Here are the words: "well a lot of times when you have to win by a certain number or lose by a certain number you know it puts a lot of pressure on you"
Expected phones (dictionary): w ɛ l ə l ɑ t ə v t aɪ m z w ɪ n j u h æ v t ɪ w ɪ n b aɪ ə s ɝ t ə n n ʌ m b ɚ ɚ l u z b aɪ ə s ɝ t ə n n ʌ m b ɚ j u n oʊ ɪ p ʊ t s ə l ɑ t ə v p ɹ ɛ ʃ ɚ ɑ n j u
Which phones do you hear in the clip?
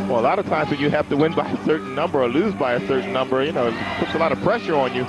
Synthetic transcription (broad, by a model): w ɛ l ə l ɑ t ə v t aɪ m z w ɪ n j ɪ h æ f t ɪ w ɪ n b aɪ ə s ɝ t n n ʌ m b ɚ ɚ l u z b aɪ ə s ɝ t n n ʌ m b ɚ j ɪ n oʊ ɪ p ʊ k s ə l ɑ t ə v p ɹ ɛ ʃ ɚ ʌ n j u